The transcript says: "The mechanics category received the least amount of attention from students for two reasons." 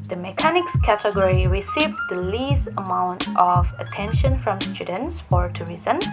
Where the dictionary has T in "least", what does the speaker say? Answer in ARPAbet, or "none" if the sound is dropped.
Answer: none